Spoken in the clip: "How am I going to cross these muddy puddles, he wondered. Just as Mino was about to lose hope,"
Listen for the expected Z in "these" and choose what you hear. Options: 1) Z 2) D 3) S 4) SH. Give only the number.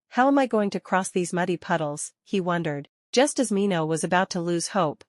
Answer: 1